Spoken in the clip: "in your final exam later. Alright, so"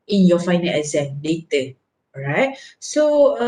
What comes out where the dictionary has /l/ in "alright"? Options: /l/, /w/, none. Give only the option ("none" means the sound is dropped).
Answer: none